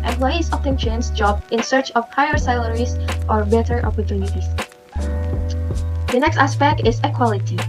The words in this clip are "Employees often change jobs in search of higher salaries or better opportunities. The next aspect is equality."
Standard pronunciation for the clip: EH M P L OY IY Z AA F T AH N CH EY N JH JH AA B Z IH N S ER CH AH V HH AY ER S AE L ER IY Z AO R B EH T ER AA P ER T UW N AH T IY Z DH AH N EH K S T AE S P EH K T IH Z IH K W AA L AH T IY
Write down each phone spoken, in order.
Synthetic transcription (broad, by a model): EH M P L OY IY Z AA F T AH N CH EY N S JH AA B IH N S ER CH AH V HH AY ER S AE L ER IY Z AO R B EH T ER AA P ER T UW N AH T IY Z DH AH N EH K S T AE S P EH K T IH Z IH K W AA L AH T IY